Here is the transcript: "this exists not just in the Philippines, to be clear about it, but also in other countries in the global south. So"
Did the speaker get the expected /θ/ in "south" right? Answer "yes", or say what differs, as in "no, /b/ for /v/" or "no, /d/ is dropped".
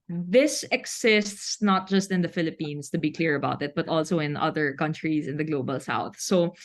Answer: yes